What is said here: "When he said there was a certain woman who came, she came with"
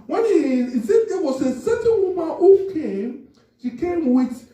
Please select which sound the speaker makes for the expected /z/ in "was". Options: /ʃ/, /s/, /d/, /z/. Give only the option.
/s/